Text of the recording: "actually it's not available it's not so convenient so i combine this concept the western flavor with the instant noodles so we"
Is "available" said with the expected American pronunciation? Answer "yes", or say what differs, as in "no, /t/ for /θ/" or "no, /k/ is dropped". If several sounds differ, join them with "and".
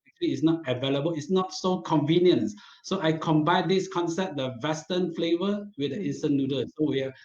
yes